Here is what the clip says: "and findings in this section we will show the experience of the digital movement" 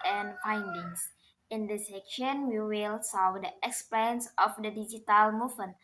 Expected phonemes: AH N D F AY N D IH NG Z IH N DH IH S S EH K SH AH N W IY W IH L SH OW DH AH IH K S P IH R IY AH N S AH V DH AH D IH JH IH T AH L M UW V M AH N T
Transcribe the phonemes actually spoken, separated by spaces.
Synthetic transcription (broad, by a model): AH N F AY N D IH NG S IH N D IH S S EH K SH AH N W IY W IH L S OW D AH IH K S P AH N S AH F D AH D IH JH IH T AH L M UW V M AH N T